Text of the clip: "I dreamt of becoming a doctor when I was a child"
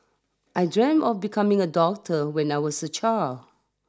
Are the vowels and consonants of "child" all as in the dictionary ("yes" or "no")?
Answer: no